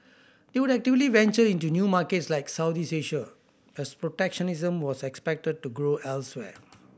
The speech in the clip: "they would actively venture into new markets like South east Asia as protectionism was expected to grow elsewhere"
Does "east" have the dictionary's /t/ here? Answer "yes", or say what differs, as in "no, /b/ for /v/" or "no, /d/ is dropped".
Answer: no, /t/ is dropped